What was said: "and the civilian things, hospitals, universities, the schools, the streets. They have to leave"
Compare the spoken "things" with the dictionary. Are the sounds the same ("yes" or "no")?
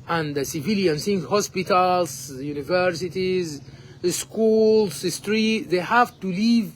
no